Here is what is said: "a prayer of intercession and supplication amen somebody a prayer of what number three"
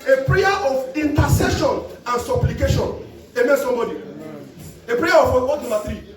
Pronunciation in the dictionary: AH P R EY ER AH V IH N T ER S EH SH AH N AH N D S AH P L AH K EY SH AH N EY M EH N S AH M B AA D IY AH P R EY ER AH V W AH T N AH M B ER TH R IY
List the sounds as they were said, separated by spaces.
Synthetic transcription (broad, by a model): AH P R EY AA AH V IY N T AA S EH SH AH N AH N S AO P L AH K EY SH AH N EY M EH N S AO M B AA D IY AH P R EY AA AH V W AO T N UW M AA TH R IY